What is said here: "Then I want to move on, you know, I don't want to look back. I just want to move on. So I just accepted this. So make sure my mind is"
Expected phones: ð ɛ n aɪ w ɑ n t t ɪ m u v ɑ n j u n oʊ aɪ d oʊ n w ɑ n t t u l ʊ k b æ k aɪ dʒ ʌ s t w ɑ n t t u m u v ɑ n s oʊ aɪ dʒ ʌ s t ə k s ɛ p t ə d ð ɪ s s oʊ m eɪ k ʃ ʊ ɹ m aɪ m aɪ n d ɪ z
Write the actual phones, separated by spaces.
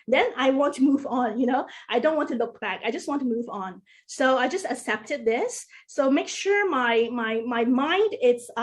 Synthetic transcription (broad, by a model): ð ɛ n aɪ w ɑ n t t ɪ m u v n j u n oʊ aɪ d oʊ n w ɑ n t t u l ʊ k b æ k aɪ dʒ ʌ s t w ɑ n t t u m u v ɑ n s oʊ aɪ dʒ ʌ s t ə k s ɛ p t ə d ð ɪ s s oʊ m eɪ k ʃ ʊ ɹ m aɪ m aɪ n d ɪ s